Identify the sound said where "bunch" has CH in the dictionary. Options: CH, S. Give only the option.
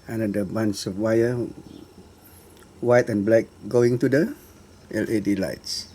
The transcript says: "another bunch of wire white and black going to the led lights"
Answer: S